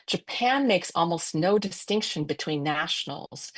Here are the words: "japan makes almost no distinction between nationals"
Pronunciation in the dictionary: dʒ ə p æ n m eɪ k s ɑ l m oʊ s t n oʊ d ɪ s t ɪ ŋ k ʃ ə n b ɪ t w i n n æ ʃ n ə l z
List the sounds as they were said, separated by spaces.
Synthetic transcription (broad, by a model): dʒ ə p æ n m eɪ k s ɑ l m oʊ s t n oʊ d ɪ s t ɪ ŋ k ʃ ə n b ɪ t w i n n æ ʃ n l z